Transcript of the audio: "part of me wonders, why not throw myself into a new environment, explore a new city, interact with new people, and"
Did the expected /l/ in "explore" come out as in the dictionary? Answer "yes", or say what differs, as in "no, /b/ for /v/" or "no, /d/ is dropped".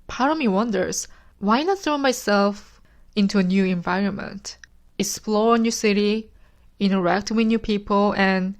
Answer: yes